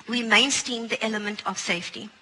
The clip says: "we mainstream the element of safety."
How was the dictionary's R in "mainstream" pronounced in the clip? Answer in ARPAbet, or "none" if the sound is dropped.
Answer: none